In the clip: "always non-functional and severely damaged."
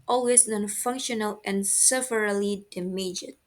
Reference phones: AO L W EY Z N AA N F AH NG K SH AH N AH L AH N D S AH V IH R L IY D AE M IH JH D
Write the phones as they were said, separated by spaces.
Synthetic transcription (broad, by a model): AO L W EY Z N AA N F AH NG K SH AH N AH L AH N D S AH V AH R L IY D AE M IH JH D